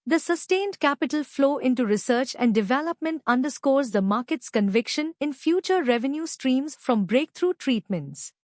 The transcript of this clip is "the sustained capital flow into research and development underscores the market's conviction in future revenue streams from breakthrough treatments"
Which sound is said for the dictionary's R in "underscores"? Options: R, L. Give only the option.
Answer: R